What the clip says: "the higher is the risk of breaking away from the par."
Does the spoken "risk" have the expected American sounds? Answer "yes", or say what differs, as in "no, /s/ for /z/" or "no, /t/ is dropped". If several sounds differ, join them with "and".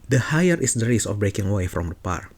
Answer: no, /k/ is dropped